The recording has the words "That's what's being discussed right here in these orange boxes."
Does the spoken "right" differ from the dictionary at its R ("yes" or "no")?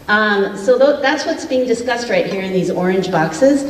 no